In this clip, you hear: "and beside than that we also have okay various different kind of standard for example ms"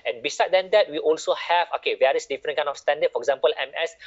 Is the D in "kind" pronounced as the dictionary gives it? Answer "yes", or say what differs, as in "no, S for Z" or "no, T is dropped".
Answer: no, D is dropped